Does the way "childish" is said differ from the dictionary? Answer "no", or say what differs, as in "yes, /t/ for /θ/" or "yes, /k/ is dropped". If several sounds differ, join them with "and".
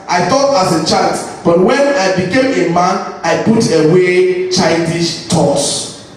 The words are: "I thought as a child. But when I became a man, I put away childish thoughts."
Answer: yes, /l/ is dropped